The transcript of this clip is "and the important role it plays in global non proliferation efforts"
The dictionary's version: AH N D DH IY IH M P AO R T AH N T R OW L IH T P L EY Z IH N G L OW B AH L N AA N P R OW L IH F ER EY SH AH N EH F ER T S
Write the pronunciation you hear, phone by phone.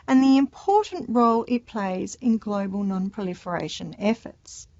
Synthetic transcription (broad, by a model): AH N DH IY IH M P AO R T N T R OW L IH T P L EY Z IH N G L OW B AH L N AA N P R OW L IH F ER EY SH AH N EH F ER T S